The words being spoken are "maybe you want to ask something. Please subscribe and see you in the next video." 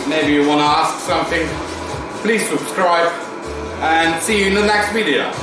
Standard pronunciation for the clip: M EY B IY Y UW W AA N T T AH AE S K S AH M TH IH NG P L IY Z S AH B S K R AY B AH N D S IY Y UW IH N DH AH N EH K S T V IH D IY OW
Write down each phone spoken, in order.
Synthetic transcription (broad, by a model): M EY B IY Y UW W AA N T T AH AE S K S AH M TH IH NG P L IY Z S AH B S K R AY B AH N S IY Y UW IH N DH AH N EH K S T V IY D IY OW